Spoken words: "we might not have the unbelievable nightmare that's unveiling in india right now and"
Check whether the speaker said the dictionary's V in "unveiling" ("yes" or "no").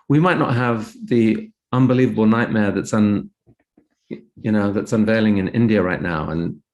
yes